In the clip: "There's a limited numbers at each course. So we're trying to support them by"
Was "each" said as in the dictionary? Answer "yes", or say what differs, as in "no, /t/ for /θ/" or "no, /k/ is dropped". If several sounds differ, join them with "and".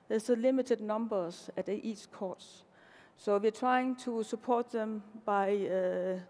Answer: no, /s/ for /tʃ/